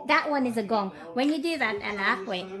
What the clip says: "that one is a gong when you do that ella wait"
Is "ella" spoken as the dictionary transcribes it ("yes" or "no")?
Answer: no